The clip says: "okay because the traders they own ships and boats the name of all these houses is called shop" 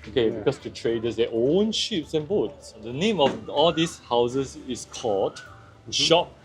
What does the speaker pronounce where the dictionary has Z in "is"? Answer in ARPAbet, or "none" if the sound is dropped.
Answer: S